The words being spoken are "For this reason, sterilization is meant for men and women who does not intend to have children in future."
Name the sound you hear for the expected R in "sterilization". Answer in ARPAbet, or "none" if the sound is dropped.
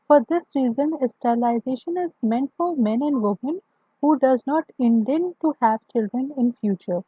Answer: L